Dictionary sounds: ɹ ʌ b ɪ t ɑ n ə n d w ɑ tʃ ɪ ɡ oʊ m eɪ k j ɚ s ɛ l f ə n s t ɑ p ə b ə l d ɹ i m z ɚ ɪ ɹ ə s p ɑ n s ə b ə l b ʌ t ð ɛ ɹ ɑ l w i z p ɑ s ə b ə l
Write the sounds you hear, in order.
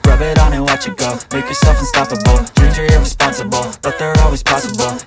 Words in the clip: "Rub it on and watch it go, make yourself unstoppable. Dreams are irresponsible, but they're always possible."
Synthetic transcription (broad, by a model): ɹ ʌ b ɪ t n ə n w ɑ tʃ ɪ ɡ oʊ m eɪ k j ɚ s ɛ l f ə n s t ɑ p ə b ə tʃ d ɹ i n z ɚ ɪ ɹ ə s p ɑ n s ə b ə l b ʌ t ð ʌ ɹ ɑ l w i z p ɑ s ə b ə l